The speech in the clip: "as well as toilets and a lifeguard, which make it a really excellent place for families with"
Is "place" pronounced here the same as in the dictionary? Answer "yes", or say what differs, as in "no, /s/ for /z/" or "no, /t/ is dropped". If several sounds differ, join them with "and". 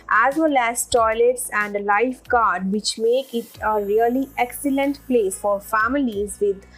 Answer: no, /s/ is dropped